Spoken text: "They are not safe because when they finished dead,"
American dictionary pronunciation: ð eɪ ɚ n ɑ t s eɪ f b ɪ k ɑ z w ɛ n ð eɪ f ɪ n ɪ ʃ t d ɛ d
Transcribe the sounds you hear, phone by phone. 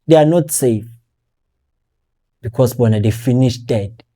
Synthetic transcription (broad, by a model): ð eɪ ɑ n ɑ t s eɪ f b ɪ k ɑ s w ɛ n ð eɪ f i n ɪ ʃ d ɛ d